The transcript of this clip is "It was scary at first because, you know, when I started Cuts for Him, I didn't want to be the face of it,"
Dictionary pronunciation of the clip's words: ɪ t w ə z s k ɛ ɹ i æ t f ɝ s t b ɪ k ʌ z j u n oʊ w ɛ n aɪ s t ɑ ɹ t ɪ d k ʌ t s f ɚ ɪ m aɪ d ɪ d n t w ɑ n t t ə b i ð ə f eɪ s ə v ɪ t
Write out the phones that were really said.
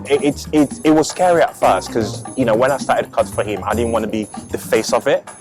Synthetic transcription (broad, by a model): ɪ t w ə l s k ɛ ɹ i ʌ t f ɝ s t k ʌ z j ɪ n oʊ w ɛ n aɪ s t ɑ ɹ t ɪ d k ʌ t f ɚ ɪ m aɪ d ɪ d n t w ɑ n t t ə b i ð ə f eɪ s ə v ɪ t